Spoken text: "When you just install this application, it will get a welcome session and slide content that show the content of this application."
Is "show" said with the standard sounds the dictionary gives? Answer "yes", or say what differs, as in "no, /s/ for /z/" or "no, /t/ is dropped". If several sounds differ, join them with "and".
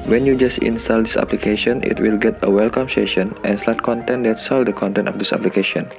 no, /s/ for /ʃ/